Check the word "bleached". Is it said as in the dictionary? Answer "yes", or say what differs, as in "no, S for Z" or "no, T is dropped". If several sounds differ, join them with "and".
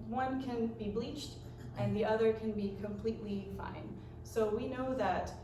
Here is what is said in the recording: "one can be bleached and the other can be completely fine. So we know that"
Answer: yes